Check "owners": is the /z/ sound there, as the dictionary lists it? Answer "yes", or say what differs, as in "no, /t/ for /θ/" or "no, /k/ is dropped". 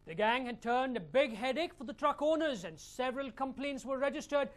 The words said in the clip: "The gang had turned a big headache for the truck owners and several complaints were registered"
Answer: yes